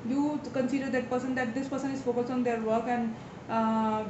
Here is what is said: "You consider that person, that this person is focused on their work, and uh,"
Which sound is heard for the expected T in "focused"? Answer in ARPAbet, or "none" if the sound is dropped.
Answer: none